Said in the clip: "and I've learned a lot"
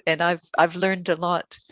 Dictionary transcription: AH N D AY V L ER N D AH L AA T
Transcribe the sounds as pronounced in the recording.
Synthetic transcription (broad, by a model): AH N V AY V L ER N D AH L AA T